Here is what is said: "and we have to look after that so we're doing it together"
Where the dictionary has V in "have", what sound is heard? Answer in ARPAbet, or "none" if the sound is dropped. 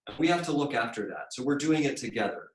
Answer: F